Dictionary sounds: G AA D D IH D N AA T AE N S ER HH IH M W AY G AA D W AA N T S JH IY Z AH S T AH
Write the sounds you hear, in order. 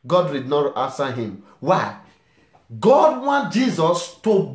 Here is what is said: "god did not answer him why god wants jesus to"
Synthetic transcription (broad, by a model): G AA D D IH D N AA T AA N S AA HH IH M W AY G AA D W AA N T JH IY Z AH S T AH